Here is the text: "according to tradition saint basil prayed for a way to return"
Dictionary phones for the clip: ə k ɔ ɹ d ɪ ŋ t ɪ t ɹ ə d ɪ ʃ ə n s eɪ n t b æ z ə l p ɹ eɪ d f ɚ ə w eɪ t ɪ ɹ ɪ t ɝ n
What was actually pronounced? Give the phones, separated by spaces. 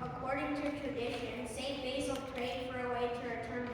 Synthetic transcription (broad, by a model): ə k ɔ ɹ d ɪ ŋ t ɪ t ɹ ə d ɪ ʃ ə n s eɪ t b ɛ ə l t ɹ eɪ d f ɚ ə w eɪ t ɪ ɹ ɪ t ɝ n